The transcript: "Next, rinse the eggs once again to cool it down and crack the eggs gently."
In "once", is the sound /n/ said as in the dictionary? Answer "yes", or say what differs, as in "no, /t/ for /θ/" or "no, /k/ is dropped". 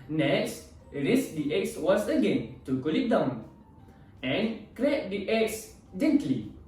no, /n/ is dropped